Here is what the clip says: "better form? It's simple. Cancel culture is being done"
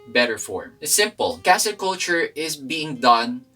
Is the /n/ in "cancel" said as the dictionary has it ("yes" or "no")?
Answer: no